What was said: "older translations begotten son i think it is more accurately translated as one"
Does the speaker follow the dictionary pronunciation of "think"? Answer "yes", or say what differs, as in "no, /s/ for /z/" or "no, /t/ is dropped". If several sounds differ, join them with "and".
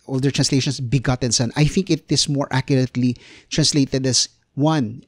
yes